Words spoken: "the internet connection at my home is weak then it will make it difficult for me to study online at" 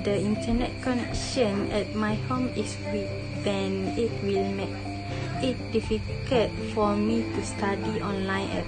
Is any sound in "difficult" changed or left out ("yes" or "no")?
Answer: yes